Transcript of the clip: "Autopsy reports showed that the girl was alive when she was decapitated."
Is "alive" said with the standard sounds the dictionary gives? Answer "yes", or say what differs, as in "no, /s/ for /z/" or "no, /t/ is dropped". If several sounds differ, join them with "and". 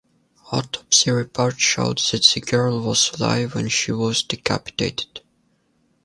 yes